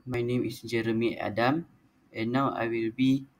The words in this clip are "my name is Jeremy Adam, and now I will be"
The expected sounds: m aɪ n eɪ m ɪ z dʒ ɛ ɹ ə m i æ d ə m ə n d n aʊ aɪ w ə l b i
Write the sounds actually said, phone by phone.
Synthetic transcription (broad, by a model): m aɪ n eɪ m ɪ s dʒ ɛ ɹ ə m i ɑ d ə m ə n n aʊ aɪ w ə l b i